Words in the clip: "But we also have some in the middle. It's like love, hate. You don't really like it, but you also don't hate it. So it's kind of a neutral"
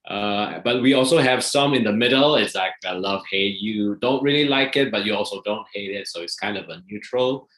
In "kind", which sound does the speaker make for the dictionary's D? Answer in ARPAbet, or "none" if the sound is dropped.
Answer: D